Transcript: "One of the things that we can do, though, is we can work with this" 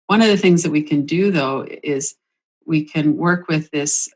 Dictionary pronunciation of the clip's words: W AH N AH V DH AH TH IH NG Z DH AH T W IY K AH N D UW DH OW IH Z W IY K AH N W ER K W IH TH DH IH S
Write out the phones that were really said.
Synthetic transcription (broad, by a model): W AH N AH V DH AH TH IH NG Z DH AH T W IY K AH N D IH DH OW IH Z W IY K AH N W ER K W IH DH IH S